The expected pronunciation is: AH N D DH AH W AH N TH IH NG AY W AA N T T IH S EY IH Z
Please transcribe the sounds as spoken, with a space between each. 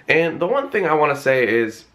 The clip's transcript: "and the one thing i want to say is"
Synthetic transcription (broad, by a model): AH N DH AH W AH N TH IH NG AY W AA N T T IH S EY IH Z